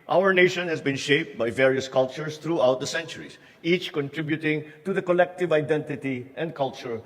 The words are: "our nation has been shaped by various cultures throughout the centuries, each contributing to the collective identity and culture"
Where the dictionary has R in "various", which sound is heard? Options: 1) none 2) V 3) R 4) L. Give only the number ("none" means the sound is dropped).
3